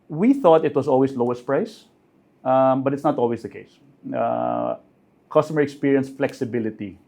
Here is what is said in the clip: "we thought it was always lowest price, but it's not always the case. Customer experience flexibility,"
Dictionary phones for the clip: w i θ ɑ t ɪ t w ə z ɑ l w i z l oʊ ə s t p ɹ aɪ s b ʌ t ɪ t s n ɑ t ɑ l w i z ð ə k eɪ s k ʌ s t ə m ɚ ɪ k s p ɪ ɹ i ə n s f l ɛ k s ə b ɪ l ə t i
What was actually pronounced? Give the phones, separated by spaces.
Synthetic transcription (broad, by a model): w i θ ɑ t ɪ t w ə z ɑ l w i s l oʊ ə s t p ɹ aɪ s b ʌ t ɪ t s n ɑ t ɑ l w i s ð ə k eɪ s k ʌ s t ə m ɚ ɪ k s p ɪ ɹ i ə n s f l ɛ k s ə b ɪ l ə t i